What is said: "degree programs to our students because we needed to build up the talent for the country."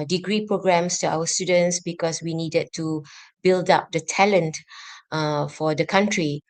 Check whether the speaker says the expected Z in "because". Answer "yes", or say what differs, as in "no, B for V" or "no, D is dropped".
no, S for Z